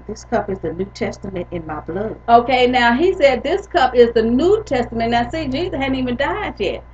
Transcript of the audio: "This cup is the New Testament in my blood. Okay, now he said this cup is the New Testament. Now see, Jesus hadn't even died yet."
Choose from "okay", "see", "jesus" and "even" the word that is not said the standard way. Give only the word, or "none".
jesus